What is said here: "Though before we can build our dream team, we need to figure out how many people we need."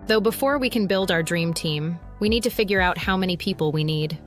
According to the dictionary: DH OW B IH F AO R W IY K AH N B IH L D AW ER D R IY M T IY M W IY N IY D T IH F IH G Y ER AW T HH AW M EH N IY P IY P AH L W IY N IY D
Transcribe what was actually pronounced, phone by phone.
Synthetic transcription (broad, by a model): DH OW B IH F AO R W IY K AH N B IH L D AW ER D R IY M T IY M W IY N IY D T IH F IH G Y ER AW T HH AW M EH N IY P IY P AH L W IY N IY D